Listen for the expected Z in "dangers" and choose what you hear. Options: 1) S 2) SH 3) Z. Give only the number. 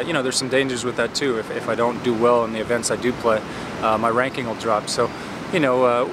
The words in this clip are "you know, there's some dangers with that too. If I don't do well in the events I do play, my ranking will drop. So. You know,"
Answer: 3